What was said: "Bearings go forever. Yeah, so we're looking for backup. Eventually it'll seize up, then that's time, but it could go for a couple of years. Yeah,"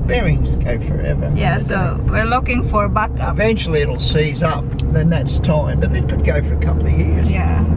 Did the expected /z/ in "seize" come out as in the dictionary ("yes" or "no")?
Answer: yes